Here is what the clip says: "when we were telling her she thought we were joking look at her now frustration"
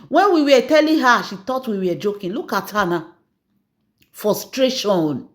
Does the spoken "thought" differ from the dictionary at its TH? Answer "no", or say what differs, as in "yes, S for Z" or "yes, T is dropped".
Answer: yes, T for TH